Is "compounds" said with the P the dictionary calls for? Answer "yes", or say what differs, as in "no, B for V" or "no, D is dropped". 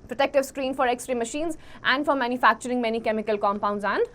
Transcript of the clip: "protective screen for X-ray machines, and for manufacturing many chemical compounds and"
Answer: yes